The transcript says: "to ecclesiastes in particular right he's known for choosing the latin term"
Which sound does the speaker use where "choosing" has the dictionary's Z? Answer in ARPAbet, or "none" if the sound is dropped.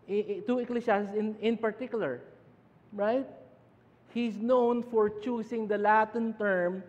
S